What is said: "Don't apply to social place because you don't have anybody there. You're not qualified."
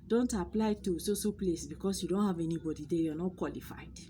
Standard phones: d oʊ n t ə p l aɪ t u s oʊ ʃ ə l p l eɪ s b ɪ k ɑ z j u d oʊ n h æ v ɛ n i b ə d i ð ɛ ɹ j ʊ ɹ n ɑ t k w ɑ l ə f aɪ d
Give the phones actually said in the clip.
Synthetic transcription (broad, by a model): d oʊ n t ə p l aɪ t u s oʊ s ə p l eɪ s b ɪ k ɑ s j u d oʊ n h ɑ v ɛ n i b ə d i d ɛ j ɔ n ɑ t k w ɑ l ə f aɪ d